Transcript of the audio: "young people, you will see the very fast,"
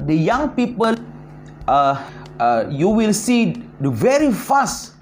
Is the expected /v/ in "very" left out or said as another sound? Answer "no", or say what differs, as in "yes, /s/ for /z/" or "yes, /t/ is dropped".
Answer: no